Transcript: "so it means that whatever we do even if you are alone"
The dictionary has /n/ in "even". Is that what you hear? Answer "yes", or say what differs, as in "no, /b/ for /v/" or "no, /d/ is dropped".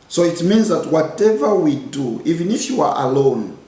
yes